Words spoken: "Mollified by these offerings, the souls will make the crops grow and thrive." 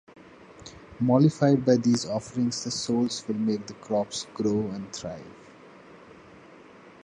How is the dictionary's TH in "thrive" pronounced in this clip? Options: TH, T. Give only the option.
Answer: T